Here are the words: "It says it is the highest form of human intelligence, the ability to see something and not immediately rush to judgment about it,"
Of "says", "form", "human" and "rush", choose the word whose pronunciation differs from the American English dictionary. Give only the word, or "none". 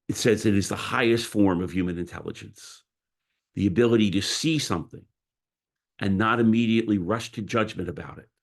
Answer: none